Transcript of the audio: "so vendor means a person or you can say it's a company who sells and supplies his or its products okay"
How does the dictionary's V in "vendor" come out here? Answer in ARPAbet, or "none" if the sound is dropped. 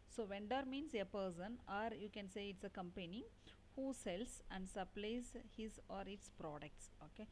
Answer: V